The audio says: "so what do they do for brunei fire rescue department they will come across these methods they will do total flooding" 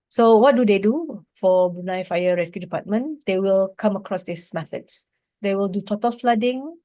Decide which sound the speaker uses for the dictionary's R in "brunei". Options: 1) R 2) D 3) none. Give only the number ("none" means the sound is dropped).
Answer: 3